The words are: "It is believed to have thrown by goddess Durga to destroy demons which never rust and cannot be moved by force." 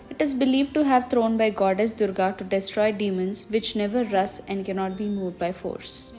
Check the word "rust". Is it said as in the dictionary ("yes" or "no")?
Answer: no